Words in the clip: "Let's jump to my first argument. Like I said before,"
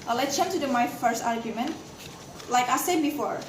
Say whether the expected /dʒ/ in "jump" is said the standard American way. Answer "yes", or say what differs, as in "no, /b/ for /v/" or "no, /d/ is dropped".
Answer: no, /tʃ/ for /dʒ/